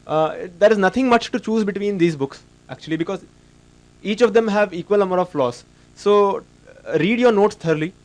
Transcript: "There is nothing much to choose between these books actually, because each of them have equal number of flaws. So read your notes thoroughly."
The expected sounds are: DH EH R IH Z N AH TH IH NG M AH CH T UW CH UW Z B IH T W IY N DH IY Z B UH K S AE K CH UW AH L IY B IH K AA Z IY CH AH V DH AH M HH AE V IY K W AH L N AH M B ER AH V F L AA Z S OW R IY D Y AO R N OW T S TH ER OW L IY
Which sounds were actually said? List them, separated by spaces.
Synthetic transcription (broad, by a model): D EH R IH Z N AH T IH NG M AH CH T UW CH UW Z B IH T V IY N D IY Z B UH K S AE K CH UW AH L IY B IH K AA Z IY CH AH V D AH M HH AE V IY K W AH L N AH M ER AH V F L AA S OW R IY D Y AO R N OW T S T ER L IY